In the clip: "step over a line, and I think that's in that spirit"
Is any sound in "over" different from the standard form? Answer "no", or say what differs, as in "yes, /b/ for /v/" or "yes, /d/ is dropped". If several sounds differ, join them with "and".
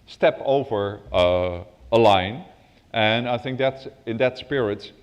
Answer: no